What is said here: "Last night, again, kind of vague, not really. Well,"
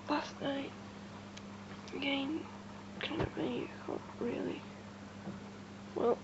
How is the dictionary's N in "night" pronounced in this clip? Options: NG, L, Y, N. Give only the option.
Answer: N